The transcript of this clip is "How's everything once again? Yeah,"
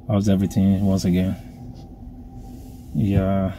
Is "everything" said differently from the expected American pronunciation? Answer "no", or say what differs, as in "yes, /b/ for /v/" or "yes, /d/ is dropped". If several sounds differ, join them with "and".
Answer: no